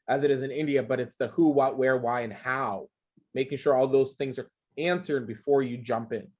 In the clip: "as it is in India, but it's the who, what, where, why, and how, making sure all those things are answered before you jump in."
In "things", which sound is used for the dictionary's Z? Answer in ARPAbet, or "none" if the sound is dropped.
Z